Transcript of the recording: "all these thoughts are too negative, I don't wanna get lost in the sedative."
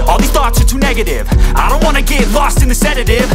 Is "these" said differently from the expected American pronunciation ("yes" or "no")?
yes